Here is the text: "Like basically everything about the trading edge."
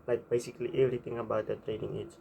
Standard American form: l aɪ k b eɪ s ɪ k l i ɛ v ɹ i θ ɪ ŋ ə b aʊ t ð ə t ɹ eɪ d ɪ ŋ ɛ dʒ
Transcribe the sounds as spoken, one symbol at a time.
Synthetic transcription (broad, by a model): l aɪ k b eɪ s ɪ k l i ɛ v ɹ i t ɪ ŋ ə b aʊ t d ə t ɹ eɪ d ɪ ŋ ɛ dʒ